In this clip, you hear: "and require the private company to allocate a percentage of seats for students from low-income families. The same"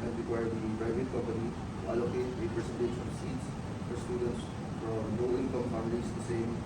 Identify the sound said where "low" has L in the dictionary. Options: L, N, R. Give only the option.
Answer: N